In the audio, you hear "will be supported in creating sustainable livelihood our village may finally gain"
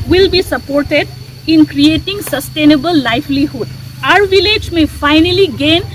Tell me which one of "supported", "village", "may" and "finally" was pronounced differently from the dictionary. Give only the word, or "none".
none